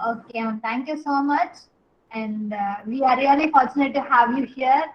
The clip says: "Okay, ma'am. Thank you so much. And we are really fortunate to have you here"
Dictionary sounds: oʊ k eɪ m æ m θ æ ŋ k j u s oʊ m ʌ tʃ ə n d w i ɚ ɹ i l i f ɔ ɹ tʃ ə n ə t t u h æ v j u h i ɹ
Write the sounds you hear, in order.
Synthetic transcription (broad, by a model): oʊ k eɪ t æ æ ŋ k j u s oʊ m ʌ tʃ ə n d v i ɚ ɹ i l i f ɔ ɹ tʃ ə n ə t t u h æ v j u h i ɹ